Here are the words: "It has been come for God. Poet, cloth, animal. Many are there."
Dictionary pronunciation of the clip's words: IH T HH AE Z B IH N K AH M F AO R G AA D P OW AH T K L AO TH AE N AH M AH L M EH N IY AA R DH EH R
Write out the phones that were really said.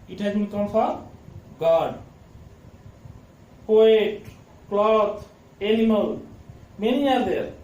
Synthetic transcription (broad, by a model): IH T HH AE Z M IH K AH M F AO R G AA D P OW AH T K L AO T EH L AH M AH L M EH N IY AA R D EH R